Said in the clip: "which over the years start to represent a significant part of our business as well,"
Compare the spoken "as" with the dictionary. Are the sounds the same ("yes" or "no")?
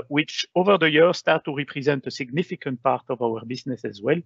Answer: yes